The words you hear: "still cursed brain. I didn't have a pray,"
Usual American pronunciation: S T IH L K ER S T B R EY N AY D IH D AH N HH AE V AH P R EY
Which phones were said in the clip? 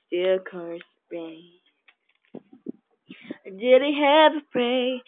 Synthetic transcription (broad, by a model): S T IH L K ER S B EY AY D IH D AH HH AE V AH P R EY